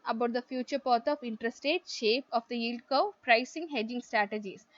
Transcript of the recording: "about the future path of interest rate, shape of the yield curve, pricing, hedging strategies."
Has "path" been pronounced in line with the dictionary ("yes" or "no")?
no